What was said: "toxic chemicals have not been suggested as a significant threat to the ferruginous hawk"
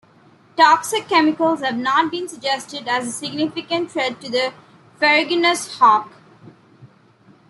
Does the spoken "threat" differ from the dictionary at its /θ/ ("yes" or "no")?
yes